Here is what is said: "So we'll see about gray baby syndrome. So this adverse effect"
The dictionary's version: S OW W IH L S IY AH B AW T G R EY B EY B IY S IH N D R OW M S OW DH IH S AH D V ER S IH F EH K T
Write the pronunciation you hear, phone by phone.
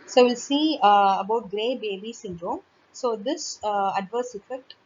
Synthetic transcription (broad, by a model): S OW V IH L S IY AH B AW T G R EY B EY B IY S IH N D R OW M S OW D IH S AH D V ER S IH F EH K T